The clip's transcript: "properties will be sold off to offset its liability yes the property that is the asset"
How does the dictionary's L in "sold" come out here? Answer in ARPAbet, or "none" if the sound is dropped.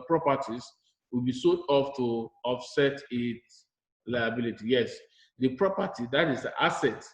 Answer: none